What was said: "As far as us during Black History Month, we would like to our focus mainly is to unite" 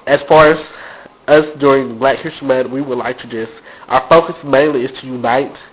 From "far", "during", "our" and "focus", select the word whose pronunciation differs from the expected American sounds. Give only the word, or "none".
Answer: none